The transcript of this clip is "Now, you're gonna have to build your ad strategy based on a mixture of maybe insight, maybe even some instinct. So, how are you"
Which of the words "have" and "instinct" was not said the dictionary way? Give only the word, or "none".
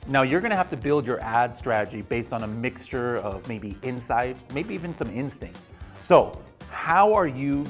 have